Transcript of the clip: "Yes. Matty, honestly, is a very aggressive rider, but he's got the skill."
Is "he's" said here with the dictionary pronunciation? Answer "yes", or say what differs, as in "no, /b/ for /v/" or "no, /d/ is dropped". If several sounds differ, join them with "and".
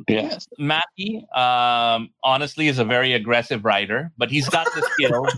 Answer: yes